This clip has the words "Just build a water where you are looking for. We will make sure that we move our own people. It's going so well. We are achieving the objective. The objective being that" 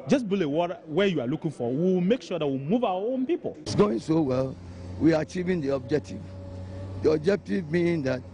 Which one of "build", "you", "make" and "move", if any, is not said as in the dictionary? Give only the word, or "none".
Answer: build